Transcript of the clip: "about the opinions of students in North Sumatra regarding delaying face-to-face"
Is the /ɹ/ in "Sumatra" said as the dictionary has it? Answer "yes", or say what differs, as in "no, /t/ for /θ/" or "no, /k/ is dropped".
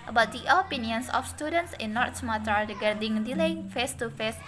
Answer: no, /ɹ/ is dropped